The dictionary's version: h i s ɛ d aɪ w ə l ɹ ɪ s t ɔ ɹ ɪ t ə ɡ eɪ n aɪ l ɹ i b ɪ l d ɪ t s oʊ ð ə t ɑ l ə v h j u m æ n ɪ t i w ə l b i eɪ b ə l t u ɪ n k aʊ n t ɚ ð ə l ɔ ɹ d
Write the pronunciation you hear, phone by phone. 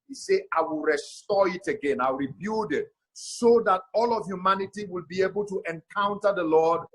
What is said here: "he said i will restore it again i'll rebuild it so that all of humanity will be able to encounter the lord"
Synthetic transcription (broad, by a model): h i s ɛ aɪ w ə l ɹ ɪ s t ɔ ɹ ɪ t ə ɡ eɪ n aɪ ɹ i b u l d ɪ t s oʊ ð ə t ɑ l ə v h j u m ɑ n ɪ t i w ə l b i eɪ b ə l t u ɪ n k aʊ n t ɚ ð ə l ɔ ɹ d